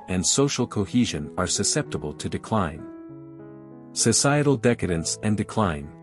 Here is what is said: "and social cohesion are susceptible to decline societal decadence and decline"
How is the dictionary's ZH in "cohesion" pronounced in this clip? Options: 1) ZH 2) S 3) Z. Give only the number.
1